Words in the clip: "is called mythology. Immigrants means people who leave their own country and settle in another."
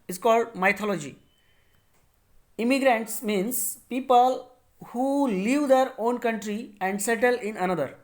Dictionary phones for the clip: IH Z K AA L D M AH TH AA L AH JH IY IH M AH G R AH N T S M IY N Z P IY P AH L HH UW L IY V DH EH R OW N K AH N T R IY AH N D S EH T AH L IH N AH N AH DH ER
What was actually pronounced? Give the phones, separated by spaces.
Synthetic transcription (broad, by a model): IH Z K AA L D M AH T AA L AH JH IY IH M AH G R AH N T S M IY N S P IY P AH L HH UW L IY V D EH R OW N K AH N T R IY AH N D S EH T AH L IH N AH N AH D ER